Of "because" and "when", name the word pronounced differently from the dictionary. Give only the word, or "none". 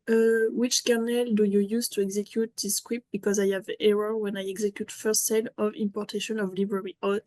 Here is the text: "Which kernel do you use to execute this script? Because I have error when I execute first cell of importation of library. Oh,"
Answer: none